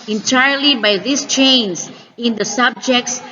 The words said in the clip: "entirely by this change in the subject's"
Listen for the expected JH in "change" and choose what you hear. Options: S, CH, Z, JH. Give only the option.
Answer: Z